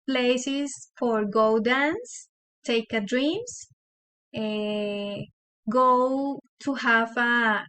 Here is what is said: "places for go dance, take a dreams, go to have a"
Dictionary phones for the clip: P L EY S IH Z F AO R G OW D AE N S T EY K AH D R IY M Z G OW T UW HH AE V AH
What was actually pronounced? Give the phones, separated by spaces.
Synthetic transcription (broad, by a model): P L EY S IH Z F AO R G OW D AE N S T EY K AH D R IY M S G OW T UW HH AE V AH